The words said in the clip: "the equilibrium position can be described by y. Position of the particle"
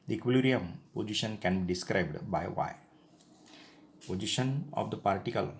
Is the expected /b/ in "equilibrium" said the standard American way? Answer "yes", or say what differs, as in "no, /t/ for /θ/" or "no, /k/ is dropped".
no, /b/ is dropped